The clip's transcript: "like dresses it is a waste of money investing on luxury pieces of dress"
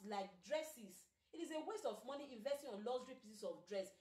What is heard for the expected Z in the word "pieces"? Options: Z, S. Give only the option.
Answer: S